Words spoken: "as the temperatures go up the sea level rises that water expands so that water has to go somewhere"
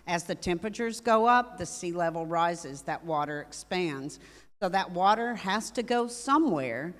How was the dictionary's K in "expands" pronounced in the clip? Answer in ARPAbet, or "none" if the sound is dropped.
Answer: K